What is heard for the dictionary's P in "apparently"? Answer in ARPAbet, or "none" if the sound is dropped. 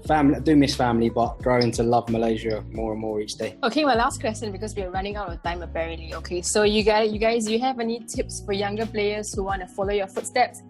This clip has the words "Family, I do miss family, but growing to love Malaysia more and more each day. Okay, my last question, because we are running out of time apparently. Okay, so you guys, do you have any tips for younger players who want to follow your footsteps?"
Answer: B